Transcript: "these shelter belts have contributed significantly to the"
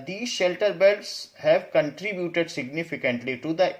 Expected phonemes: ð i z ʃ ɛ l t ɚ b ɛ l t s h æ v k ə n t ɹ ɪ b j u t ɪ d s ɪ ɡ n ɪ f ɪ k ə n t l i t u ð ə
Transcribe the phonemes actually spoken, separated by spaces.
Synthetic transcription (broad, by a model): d i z ʃ ɛ l t ɚ b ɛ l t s h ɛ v k ə n t ɹ ɪ b j u t ɪ d s ɪ ɡ n ɪ f ɪ k ə n t l i t u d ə